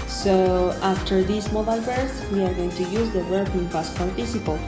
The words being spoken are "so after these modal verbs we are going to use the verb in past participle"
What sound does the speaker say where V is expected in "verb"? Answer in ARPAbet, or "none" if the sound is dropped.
W